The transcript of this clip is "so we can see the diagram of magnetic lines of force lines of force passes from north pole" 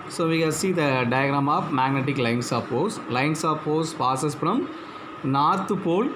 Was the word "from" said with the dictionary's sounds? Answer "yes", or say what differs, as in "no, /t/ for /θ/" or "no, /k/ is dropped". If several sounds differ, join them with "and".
yes